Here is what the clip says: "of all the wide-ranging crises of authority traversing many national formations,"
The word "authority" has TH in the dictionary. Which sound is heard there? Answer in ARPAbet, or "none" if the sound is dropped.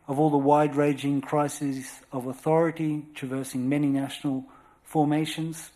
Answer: TH